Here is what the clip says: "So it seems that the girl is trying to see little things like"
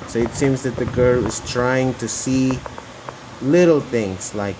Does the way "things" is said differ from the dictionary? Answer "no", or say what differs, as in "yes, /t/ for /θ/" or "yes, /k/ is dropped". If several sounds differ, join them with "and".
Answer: no